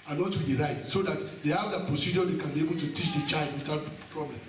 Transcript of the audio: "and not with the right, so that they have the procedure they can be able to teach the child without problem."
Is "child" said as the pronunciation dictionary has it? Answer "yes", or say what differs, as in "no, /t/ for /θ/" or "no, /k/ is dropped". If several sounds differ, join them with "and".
yes